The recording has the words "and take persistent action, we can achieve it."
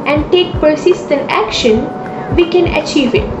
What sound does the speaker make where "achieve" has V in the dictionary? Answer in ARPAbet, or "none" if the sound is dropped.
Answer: V